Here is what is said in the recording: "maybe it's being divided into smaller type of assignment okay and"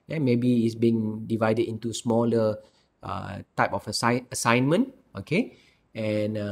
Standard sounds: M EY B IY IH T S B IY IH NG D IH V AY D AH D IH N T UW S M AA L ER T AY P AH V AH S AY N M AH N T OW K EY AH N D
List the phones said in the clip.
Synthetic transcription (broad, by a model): M EY B IY IH T S B IY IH NG D IH V AY D AH D IH N T UW S M AA L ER T AY P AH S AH S AY N M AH N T OW K EY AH N